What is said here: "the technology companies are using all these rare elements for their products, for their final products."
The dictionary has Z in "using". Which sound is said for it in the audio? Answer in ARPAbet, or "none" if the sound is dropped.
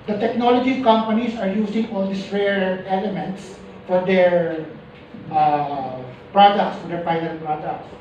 S